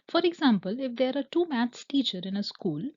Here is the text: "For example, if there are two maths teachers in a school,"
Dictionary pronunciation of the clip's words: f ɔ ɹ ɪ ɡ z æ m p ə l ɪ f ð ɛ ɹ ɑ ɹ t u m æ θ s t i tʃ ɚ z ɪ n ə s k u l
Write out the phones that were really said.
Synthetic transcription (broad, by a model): f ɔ ɹ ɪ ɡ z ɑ m p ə l ɪ f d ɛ ɹ ɑ ɹ t u m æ t s t i tʃ ɚ ɪ n ə s k u l